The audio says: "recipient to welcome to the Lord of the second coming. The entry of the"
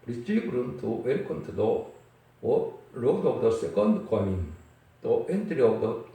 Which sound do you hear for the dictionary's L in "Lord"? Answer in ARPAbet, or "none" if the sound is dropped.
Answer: W